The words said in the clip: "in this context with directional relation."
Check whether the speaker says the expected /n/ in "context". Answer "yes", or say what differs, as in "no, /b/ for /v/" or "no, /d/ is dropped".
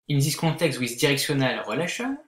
no, /n/ is dropped